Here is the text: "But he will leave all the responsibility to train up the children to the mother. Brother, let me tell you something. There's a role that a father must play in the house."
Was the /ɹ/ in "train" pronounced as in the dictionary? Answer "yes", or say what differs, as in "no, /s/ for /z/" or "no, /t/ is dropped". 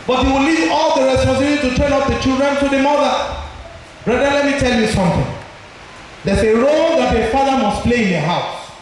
no, /ɹ/ is dropped